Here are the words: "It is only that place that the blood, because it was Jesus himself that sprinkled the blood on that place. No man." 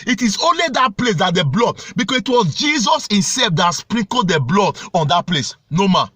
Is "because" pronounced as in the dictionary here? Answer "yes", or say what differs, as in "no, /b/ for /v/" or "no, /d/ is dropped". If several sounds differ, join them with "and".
no, /s/ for /z/